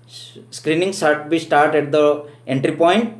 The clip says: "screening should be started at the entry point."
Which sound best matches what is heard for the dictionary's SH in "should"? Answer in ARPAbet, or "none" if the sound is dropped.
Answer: S